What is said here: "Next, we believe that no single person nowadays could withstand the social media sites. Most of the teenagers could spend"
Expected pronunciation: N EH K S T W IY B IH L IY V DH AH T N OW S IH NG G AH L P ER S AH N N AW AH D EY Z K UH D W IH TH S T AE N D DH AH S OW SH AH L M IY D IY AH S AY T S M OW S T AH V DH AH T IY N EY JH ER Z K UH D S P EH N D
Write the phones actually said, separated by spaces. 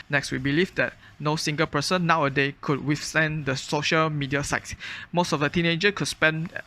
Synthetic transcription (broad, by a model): N EH K S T W IY B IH L IY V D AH T N OW S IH NG G AH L P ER S AH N N AW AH D EY K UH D W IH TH S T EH N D AH S OW SH AH L M IY D IY AH S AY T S M OW S T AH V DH AH T IY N EY JH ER K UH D S P EH N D